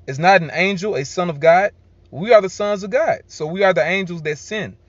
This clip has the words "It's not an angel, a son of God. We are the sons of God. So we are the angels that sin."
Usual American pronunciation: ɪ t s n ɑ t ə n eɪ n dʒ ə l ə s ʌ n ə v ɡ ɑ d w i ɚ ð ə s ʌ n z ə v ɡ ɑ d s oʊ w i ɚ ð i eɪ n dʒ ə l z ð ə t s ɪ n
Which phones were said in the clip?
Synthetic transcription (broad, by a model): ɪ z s n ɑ t n eɪ n dʒ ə l ə s ʌ n ə v ɡ ɑ d w i ɚ ð ə s ʌ n z ə v ɡ ɑ d s oʊ w i ɚ ð i eɪ n dʒ l z ð ə t s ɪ n